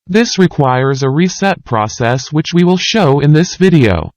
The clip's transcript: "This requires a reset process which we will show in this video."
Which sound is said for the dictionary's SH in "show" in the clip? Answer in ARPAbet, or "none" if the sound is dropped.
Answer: SH